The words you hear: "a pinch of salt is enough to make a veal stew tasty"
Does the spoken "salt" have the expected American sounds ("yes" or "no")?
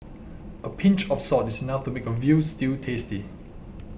no